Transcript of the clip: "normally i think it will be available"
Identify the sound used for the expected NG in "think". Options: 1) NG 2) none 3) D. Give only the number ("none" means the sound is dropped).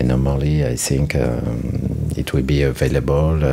1